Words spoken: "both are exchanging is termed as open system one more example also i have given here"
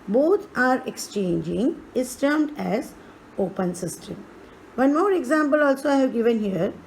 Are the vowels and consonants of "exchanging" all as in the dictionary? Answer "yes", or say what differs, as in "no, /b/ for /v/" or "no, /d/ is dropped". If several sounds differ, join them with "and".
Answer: yes